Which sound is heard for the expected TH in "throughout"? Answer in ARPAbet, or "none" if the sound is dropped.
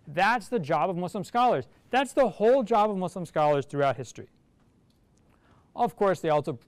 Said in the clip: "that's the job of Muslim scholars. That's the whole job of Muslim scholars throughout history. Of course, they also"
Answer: TH